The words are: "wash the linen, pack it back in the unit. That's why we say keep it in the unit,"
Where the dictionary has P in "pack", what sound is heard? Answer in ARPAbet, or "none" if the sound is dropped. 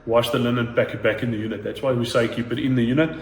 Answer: B